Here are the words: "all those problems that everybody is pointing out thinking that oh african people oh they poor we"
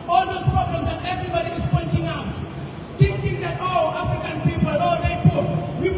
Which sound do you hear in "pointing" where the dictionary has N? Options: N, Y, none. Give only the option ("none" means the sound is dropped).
N